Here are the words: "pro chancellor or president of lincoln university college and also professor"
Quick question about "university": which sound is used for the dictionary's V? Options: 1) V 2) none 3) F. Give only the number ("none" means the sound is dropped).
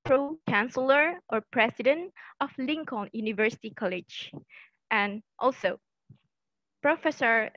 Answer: 1